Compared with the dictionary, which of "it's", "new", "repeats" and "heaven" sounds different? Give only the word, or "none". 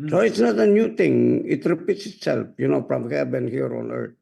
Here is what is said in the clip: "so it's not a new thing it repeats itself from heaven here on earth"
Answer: heaven